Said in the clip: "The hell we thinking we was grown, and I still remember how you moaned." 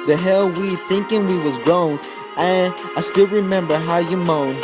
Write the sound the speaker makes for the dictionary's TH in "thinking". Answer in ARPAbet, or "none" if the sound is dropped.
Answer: TH